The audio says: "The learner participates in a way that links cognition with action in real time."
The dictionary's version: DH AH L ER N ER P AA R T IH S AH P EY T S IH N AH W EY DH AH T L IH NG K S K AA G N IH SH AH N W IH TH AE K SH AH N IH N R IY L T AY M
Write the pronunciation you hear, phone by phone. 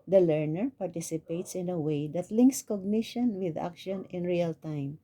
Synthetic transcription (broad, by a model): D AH L ER N ER P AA R T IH S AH P EY T S IH N AH W EY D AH T L IH NG K S K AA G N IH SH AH N W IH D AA K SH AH N IH N R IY L T AY M